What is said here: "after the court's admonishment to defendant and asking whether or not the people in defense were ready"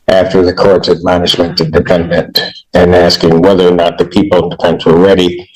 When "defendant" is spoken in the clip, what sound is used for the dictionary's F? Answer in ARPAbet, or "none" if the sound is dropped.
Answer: P